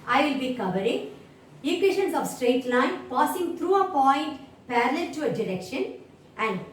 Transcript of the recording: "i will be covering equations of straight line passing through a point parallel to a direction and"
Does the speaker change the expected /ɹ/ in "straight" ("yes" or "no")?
no